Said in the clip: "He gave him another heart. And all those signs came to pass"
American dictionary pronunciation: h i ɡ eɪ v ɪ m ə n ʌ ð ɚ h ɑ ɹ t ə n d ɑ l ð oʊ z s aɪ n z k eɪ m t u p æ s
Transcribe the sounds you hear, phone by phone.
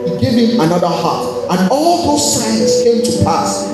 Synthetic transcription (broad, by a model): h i ɡ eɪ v ɪ m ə n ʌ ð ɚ h ɑ t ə n ɑ l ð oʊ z s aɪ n s k eɪ m t u p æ s